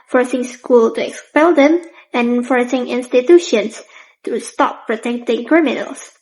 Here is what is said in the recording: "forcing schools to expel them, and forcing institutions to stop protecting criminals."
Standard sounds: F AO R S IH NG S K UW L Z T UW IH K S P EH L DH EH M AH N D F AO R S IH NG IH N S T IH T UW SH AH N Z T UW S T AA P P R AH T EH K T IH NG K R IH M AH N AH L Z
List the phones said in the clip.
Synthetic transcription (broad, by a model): F AO R S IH NG S K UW L T UW IH K S P EH L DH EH M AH N F AO R S IH NG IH N S T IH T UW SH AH N S T UW S T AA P P R AH T EH K T IH NG K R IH M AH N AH L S